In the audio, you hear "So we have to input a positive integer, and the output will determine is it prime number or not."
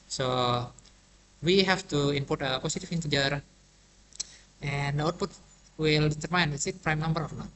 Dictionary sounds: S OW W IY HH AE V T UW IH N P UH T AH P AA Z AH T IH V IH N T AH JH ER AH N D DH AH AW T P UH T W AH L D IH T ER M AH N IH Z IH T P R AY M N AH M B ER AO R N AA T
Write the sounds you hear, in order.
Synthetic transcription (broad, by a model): S OW W IY HH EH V T UW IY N P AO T AH P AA S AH T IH F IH N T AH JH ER AH N D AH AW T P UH T W AH L D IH T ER M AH N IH S IH T P R AY M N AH M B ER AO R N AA